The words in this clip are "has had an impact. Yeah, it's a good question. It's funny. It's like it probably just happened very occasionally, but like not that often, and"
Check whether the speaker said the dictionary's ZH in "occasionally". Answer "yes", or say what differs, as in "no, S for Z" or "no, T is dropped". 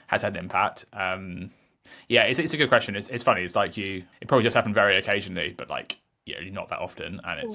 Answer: yes